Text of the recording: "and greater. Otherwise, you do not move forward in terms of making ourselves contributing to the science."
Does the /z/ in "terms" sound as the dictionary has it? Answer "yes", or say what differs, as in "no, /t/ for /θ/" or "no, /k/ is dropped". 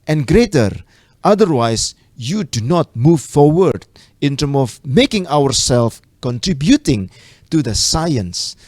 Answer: no, /z/ is dropped